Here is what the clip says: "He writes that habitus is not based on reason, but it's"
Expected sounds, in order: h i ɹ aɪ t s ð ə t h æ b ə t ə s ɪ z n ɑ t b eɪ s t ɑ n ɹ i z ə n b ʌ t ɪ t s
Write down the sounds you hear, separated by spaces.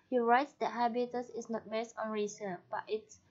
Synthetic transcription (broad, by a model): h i ɹ aɪ t s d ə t h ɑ b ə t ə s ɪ s n ɑ t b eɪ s ɑ n ɹ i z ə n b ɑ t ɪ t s